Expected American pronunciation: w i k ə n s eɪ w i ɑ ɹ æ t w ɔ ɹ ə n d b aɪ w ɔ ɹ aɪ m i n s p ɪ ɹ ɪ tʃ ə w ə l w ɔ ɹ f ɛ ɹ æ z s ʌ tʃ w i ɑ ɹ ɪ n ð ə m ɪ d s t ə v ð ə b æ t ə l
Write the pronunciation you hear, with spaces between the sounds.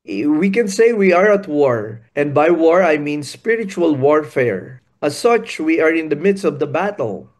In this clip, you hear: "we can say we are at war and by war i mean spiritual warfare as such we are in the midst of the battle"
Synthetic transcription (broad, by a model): w i k ə n s eɪ w i ɑ ɹ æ t w ɔ ɹ ə n d b aɪ w ɔ ɹ aɪ m i n s p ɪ ɹ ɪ tʃ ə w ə l w ɔ ɹ f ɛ ɹ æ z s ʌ tʃ w i ɑ ɹ ɪ n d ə m ɪ d s t ə v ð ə b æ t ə l